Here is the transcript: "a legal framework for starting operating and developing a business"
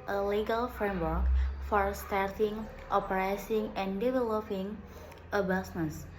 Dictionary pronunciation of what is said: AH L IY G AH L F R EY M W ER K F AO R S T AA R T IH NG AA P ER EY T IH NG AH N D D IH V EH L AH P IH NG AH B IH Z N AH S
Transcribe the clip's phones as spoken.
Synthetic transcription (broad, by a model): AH L IY G AH L F R EY M W ER K F AO R S T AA R T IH NG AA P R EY S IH NG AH N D D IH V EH L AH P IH NG AH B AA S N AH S